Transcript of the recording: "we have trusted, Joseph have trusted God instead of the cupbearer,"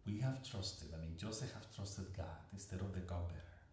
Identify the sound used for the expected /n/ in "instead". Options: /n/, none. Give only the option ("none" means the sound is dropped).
none